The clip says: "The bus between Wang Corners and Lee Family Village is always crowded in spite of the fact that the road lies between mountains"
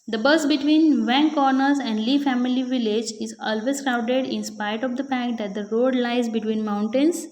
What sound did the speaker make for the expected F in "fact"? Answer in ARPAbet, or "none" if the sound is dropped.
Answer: P